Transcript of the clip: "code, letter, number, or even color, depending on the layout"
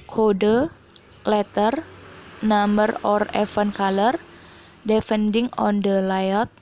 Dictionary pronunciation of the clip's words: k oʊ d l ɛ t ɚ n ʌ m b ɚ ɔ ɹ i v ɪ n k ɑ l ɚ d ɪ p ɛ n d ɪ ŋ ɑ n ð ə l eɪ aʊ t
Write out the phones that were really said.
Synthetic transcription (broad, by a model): k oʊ d l ɛ t ɚ n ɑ m b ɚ ɔ ɹ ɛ f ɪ n k ɑ l ɚ d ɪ f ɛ n d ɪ ŋ ɑ n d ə l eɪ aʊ t